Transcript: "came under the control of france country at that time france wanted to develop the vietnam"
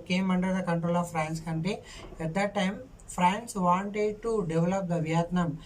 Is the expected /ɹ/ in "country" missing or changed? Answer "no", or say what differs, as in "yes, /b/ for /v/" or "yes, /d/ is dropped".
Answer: yes, /ɹ/ is dropped